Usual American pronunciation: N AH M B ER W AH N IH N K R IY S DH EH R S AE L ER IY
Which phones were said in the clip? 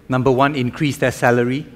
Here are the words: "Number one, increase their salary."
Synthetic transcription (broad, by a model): N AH M B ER W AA N IH N K R IY S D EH S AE L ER IY